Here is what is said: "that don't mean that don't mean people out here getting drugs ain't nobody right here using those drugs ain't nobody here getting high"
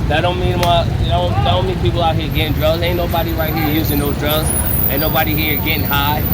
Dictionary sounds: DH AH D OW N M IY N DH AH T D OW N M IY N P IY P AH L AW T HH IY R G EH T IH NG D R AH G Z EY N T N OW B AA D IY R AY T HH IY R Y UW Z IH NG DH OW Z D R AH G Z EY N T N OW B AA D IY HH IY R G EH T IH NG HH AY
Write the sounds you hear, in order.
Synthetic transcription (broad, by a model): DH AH D OW N M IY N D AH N D OW N M IY N P IY P L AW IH HH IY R G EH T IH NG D R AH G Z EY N N OW B AA D IY R AY T HH IY R Y UW Z IH NG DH OW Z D R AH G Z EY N N OW B AA D IY HH IY R G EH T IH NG HH AY